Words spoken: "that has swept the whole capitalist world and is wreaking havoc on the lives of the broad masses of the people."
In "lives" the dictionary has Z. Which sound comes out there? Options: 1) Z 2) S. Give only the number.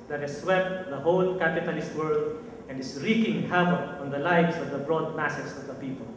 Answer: 2